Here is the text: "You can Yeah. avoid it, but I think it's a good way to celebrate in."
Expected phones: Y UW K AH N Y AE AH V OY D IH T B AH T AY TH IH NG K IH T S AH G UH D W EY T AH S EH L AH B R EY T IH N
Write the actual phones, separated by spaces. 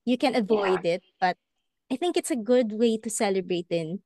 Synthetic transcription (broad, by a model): Y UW K AH N AH V OY D IH T B AH T AY TH IH NG K IH T S AH G UH D W EY T AH S EH L AH B R EY T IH N